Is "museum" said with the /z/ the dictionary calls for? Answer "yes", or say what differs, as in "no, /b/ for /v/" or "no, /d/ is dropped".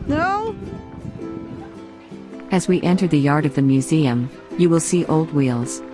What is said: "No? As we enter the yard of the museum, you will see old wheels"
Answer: yes